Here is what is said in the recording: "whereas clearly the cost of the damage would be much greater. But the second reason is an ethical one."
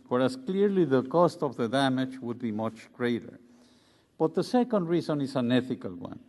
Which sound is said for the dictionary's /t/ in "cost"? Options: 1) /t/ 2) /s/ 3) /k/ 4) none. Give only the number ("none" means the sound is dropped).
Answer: 1